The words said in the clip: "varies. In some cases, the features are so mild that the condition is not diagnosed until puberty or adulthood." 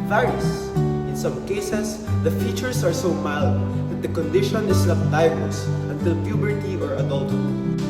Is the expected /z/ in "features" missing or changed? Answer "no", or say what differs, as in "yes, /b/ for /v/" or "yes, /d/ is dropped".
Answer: yes, /s/ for /z/